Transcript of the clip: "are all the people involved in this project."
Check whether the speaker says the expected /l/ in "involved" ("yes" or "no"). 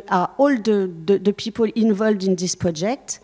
yes